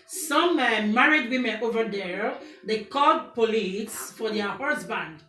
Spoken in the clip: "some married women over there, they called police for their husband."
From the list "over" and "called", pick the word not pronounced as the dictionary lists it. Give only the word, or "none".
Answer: called